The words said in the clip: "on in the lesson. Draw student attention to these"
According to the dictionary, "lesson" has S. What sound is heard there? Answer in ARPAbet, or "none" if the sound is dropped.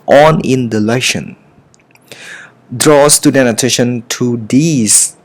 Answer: SH